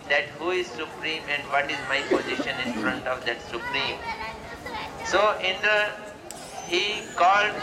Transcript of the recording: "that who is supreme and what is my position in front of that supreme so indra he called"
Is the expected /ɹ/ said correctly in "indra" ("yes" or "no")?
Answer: no